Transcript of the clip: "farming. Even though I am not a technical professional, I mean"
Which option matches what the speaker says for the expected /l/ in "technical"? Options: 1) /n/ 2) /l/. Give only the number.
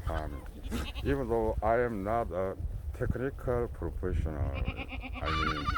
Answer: 2